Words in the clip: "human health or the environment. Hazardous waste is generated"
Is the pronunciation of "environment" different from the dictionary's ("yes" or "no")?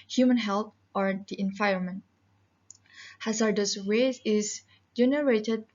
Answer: yes